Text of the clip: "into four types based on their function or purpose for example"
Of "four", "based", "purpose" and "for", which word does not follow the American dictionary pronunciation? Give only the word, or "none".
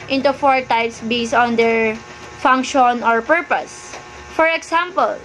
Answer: based